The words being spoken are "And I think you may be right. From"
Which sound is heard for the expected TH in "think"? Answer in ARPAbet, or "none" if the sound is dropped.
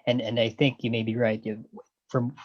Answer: TH